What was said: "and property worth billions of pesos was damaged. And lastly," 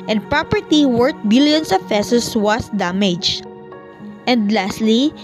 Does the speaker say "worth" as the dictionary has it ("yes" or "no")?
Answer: no